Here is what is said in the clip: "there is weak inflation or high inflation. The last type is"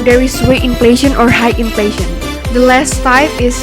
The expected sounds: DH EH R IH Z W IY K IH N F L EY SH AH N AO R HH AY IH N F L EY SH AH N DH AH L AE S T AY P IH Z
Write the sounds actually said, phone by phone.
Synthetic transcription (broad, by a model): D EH R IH S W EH IH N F L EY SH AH N AO R HH AY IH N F L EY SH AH N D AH L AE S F AY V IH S